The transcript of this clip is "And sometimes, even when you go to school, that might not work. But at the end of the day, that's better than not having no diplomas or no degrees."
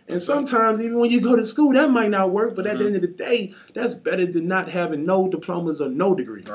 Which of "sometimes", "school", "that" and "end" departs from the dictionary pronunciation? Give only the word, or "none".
none